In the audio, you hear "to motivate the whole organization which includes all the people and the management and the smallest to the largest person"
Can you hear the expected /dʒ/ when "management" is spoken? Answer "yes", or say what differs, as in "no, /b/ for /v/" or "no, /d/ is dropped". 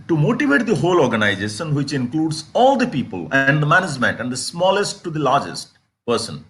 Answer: yes